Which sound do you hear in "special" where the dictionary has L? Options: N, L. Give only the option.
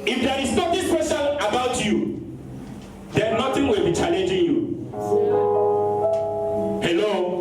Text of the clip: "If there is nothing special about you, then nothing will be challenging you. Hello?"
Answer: N